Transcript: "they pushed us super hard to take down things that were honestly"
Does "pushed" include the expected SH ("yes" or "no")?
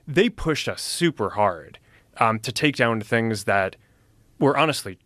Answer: yes